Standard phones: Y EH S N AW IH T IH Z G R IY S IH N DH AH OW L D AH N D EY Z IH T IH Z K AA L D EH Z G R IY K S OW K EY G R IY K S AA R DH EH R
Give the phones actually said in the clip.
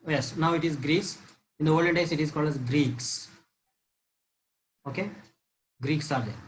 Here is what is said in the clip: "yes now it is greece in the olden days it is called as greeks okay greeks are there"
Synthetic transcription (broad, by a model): Y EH S N AW IH T IH Z G R IY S IH N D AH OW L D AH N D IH S IH T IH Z K AA L D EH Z G R IY K S OW K EY G R IY K S AA R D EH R